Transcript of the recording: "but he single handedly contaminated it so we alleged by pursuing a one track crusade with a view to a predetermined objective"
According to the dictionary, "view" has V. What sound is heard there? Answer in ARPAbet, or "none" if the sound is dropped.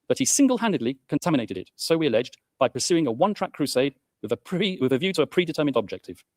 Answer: V